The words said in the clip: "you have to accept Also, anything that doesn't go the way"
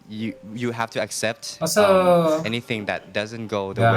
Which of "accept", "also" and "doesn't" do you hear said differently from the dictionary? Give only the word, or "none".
also